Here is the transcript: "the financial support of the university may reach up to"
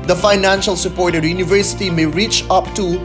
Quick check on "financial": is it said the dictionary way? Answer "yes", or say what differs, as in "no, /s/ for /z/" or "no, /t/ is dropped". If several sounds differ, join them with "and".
yes